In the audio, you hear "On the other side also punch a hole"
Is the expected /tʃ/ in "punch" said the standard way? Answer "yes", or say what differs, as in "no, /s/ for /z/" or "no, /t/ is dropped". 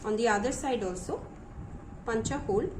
yes